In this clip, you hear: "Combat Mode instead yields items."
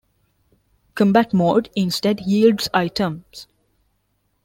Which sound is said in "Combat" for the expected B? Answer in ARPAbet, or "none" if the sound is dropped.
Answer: B